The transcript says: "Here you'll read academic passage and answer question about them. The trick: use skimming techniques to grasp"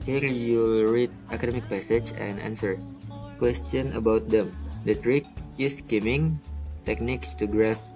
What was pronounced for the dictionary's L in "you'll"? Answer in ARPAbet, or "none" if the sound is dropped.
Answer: L